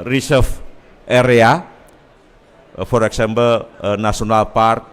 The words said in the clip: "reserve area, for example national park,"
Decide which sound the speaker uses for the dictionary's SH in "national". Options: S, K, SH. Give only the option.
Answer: S